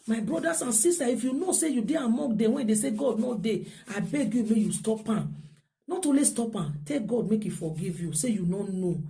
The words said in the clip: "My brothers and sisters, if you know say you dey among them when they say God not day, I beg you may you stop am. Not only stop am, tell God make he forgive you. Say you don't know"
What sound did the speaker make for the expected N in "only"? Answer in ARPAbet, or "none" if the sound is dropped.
none